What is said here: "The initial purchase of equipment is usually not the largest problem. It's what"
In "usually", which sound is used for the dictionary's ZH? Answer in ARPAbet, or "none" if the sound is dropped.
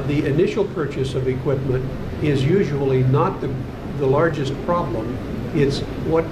ZH